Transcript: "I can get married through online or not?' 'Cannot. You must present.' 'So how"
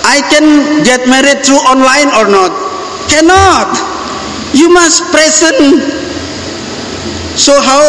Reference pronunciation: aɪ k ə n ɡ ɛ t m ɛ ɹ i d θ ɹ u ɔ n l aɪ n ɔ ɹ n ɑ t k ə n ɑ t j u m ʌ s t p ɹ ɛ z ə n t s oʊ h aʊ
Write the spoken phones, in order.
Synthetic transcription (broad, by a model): aɪ k ə n ɡ ɛ t m ɛ ɹ i d t ɹ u ɔ n l aɪ n ɔ ɹ n ɑ t k ə n ɑ t j u m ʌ s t p ɹ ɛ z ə n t s oʊ h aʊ